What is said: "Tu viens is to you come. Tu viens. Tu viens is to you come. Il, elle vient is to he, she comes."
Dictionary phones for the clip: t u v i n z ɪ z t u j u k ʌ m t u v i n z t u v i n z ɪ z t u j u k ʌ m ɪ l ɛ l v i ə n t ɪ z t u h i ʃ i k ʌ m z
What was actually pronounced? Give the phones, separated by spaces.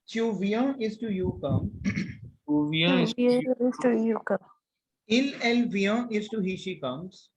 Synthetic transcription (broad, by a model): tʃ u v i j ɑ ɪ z t u j u k ʌ m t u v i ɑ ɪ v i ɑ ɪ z t u j u k ʌ m ɪ l ɛ l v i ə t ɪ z t u h i ʃ i k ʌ m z